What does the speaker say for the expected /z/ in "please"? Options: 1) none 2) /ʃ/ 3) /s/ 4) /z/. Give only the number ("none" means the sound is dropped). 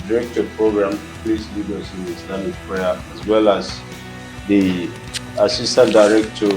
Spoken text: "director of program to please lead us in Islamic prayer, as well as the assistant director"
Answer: 3